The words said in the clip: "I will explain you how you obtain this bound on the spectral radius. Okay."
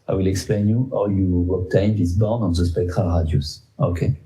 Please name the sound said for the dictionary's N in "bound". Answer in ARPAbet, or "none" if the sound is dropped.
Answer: none